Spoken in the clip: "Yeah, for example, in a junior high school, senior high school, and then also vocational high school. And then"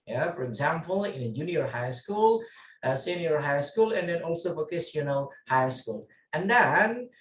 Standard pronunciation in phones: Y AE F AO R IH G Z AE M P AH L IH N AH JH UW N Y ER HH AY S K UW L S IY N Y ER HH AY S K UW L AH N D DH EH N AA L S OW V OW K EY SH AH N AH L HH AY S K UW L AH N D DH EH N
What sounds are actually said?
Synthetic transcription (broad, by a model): Y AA F AO R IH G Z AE M P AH L IH N AH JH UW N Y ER HH AY S K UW L S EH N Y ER HH AY S K UW L AH N D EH N AA L S OW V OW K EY S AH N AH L HH AY S K UW L AH N D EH N